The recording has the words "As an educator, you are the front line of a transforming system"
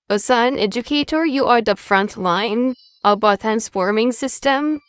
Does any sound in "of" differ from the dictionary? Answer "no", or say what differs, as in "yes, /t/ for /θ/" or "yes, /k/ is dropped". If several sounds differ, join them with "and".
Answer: yes, /b/ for /v/